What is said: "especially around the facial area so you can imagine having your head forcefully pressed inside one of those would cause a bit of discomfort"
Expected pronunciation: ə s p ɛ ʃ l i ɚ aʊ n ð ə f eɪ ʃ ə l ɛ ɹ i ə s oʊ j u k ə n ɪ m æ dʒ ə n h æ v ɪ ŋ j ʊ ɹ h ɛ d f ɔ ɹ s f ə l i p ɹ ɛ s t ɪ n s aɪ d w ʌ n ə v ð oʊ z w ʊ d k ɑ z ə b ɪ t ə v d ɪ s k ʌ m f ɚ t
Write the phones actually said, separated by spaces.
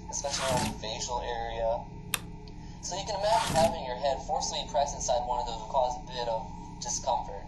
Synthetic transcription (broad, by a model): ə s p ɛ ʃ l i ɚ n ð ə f eɪ ʃ l ɛ ɹ i ə s oʊ j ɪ k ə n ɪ m æ dʒ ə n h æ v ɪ ŋ j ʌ ɹ h ɛ d f ɔ ɹ s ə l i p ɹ ɛ s ɪ n s aɪ d w ʌ n ə v ð oʊ z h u k ɑ z ə b ɪ t ə v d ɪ s k ʌ m f ɚ t